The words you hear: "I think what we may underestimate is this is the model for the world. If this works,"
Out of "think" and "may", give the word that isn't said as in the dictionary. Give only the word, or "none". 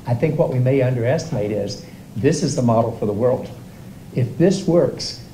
none